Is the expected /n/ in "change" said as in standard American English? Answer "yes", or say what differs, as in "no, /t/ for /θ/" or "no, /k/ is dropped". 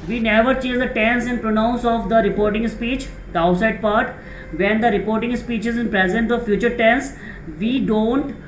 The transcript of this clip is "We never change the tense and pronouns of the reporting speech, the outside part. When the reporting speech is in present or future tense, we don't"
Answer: no, /n/ is dropped